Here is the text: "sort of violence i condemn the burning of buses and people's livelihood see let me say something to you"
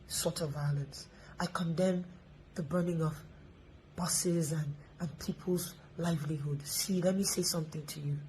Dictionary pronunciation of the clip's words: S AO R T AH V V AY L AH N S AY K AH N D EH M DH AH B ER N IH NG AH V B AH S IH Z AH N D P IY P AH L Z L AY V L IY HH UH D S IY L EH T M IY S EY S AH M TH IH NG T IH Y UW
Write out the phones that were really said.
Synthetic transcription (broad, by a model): S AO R T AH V V AY L AH N S AY K AH N D EH M DH AH B ER N IH NG AH V B AH S IH Z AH N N P IY P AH L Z L AY V L IY HH UH D S IY L EH T M IY S EY S AH M TH IH NG T IH Y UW